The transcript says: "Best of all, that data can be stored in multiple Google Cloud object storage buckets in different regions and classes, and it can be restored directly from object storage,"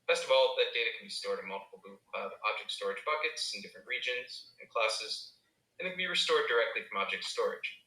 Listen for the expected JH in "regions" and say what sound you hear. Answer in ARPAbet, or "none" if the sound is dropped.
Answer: JH